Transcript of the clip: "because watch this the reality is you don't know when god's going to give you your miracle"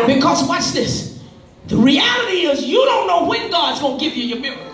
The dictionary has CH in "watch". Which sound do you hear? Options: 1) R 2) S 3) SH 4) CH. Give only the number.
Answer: 2